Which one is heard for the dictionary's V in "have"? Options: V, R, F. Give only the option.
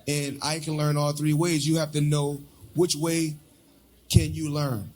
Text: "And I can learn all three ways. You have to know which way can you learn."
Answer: F